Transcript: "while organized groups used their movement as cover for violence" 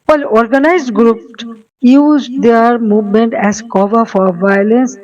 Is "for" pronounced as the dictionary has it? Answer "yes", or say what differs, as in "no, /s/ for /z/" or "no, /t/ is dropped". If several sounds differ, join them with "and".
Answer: yes